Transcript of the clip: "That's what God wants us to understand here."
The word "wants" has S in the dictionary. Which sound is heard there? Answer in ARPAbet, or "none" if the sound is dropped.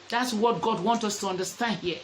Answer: none